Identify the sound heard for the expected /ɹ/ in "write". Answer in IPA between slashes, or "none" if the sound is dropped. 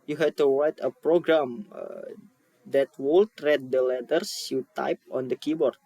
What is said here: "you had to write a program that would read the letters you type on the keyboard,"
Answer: /w/